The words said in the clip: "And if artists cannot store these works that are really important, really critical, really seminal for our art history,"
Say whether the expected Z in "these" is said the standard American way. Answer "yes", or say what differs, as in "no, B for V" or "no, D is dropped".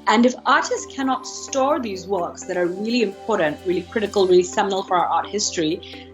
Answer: yes